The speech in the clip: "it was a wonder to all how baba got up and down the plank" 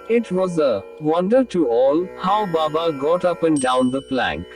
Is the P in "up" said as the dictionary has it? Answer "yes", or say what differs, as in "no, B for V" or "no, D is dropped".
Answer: yes